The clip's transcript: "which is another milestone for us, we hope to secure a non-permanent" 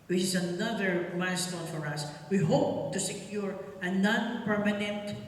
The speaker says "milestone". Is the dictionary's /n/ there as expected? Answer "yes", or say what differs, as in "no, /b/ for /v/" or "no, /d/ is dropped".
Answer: no, /l/ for /n/